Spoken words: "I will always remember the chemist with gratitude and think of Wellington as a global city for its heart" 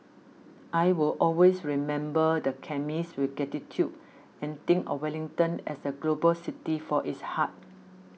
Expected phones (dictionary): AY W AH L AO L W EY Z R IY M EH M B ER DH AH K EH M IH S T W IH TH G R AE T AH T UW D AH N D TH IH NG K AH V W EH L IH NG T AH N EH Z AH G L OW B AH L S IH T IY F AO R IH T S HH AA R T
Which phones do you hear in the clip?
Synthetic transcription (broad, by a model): AY W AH L AO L W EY S R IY M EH M B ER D AH K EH M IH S W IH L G EH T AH T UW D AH N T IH NG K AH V W EH L IH NG T AH N EH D AH G L OW B AH L S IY T IY F AO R IH T S HH AA T